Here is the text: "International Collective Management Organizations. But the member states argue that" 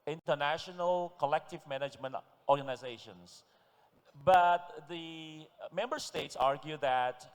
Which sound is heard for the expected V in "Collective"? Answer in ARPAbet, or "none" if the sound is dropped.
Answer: V